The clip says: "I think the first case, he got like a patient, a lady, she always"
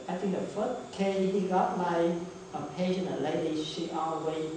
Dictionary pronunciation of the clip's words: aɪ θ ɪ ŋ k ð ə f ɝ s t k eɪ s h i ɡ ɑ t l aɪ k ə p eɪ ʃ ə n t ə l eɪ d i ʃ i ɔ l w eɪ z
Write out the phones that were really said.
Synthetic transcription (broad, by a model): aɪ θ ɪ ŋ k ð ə f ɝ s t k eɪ h i ɡ ɑ t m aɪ ə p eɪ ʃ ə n ə l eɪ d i ʃ i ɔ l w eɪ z